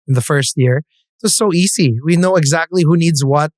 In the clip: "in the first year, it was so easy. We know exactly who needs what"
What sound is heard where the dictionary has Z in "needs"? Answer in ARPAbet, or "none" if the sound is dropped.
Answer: Z